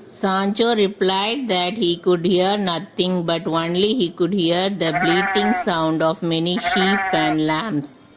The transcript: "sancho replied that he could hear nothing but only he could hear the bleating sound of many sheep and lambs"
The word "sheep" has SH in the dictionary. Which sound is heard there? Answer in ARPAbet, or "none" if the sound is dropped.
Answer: SH